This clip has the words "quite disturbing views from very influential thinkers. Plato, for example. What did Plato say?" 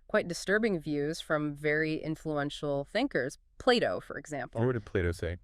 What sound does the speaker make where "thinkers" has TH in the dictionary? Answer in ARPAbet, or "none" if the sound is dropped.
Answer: TH